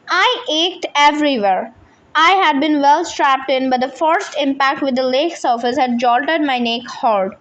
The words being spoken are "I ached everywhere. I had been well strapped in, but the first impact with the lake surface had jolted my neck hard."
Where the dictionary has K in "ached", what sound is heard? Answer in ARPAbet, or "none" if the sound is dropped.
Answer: K